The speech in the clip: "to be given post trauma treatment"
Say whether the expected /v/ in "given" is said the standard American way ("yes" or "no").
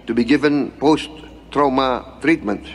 yes